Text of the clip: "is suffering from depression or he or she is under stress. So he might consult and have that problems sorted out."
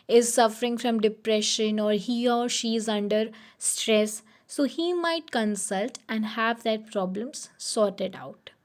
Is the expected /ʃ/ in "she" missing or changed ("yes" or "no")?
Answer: no